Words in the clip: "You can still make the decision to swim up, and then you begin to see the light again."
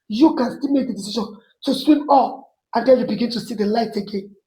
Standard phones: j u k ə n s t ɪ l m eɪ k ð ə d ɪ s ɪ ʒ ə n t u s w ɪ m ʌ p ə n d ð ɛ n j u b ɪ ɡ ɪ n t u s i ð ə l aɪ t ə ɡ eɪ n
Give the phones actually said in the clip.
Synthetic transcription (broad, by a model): j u k ə n s t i l m eɪ k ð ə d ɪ s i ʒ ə n t u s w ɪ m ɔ f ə n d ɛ l j u b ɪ ɡ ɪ n t u s i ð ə l aɪ t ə ɡ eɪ n